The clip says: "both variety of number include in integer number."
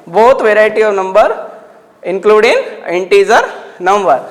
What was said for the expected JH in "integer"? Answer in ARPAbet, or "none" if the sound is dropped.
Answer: Z